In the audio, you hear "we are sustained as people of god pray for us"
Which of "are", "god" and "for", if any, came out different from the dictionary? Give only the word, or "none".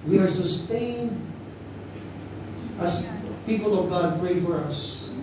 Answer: none